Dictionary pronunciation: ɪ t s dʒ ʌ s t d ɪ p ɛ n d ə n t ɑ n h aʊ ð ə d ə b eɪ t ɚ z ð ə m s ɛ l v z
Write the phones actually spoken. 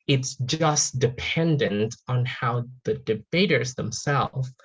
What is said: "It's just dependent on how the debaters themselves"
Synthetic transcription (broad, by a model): ɪ t s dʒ ʌ s d ɪ p ɛ n d ə n t n h aʊ ð ə d ə b eɪ t ɚ z ð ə m s ɛ l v